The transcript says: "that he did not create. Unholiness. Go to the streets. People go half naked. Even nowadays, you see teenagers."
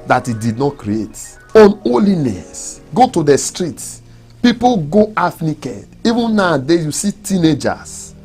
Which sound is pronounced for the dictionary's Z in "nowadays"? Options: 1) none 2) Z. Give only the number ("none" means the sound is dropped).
1